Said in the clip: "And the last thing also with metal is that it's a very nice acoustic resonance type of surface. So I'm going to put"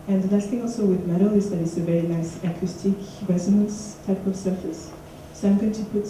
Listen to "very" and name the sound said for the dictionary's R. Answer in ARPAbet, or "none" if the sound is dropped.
R